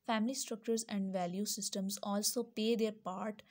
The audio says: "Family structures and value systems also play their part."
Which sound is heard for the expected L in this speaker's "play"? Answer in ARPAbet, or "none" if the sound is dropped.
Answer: none